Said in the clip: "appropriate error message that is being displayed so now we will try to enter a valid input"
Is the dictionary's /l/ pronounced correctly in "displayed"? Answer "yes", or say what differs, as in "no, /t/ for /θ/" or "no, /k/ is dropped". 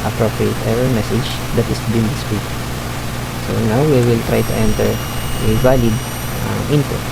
no, /l/ is dropped